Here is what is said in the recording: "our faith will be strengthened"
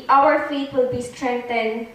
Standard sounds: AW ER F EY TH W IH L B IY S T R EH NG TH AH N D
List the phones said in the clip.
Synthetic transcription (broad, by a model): AW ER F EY T W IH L B IY S T R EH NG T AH N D